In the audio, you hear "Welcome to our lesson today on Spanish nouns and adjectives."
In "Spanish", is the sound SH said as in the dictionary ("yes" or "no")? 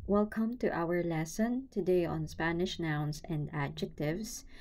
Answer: yes